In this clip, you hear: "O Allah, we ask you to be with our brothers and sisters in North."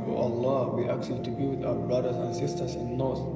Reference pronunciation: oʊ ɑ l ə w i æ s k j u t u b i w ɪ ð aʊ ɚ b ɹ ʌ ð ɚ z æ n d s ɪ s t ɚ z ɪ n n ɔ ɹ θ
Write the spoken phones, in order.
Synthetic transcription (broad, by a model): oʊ ɑ l ə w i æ k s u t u b i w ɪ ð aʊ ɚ b ɹ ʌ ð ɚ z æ n s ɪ s t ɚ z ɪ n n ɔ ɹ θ